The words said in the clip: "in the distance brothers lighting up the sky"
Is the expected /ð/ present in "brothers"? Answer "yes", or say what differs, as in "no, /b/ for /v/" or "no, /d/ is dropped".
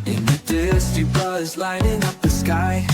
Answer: no, /ð/ is dropped